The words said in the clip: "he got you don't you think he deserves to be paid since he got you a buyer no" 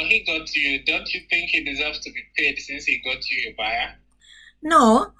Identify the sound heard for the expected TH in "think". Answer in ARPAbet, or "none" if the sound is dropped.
TH